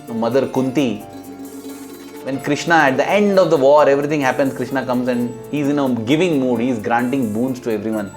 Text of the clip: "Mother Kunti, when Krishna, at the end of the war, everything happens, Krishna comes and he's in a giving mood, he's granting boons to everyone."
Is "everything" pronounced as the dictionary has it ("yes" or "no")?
no